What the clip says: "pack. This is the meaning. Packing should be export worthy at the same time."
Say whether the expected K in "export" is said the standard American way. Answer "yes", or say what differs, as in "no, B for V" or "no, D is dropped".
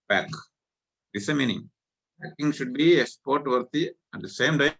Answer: no, K is dropped